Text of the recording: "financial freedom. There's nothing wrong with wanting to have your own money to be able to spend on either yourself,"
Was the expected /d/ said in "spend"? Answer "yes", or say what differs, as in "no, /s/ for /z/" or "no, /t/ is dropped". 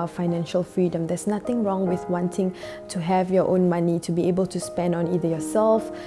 yes